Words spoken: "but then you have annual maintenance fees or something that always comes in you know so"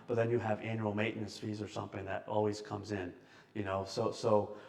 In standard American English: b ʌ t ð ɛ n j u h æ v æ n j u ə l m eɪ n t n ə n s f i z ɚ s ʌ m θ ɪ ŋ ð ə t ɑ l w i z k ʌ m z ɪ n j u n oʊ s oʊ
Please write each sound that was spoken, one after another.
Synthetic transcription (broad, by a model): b ʌ t ð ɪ n j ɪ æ v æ n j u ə l m eɪ t n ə s f i z ɚ s ʌ m θ ɪ ŋ ð ə t ɑ l w i z k ʌ m z ɪ n j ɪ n oʊ s oʊ